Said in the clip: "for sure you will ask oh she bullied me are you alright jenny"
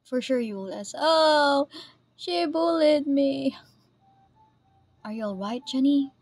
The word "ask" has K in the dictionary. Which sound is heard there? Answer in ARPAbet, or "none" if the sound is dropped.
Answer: none